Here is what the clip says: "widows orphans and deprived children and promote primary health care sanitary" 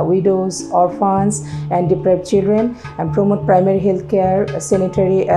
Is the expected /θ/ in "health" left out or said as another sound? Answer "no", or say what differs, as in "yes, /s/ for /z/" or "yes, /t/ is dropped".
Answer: yes, /t/ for /θ/